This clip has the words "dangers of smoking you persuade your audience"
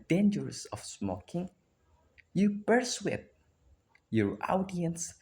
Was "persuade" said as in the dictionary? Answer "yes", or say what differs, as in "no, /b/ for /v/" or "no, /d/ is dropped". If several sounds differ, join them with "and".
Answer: no, /b/ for /p/